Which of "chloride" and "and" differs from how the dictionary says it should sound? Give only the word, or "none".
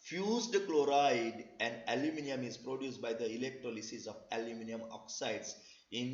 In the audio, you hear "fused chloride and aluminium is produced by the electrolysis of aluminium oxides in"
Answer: none